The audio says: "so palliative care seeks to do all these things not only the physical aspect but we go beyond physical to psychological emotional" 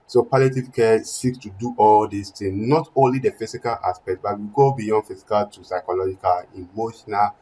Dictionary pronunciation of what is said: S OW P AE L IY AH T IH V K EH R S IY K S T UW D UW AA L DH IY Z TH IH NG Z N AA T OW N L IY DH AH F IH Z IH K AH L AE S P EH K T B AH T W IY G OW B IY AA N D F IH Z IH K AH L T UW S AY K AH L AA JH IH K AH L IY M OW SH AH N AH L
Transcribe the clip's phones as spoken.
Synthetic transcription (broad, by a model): S OW P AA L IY T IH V K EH S IY K S T UW D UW AA L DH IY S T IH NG N AA T OW N L IY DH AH F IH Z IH K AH L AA S P EH K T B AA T W IY G OW B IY AA N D F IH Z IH K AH L T UW S AY K AH L AA JH IH K AH L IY M OW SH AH N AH L